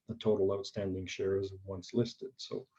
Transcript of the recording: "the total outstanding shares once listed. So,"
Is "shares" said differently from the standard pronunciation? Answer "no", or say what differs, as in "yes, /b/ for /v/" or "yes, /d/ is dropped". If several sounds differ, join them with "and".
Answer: no